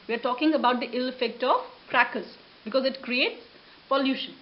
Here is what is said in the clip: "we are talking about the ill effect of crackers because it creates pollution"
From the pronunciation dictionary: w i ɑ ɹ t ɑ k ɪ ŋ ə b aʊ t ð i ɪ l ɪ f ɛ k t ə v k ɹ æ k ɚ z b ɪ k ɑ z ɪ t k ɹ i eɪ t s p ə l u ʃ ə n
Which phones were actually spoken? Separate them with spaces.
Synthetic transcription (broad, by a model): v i ɑ ɹ t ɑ k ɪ ŋ ə b aʊ t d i ɪ l ɪ f ɛ k t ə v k ɹ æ k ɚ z b ɪ k ɑ z ɪ t k ɹ i eɪ t s p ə l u ʃ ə n